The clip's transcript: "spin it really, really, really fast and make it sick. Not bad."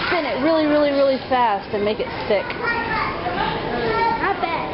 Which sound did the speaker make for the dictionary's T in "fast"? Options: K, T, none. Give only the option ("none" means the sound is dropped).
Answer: T